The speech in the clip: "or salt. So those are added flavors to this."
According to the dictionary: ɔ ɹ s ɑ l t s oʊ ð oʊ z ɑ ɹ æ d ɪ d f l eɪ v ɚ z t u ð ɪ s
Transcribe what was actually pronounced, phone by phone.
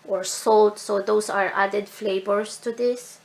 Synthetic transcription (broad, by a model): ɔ ɹ s ɑ l t s oʊ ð oʊ s ɑ ɹ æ d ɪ d f l eɪ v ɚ s t u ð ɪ s